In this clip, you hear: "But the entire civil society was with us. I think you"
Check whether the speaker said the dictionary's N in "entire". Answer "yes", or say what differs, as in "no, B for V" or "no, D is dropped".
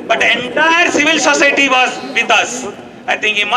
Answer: yes